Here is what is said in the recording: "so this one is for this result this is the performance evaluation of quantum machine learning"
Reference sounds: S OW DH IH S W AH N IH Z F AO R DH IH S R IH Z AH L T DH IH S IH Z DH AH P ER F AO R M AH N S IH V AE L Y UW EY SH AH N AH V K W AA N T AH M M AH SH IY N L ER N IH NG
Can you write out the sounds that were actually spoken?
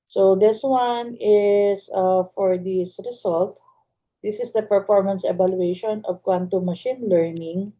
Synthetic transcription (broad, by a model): S OW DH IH S W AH N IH S F AO R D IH S R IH S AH L T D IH S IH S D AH P ER F AO R M AH N S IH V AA L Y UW EY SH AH N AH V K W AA N T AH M M AH SH IY N L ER N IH NG